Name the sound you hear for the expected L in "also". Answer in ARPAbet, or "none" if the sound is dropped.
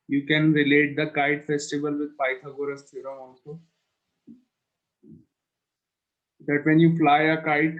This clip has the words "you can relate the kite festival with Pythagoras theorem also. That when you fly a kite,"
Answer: N